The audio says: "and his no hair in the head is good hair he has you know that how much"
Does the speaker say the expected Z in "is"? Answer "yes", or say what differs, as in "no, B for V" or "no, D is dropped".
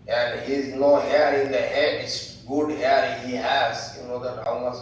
no, S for Z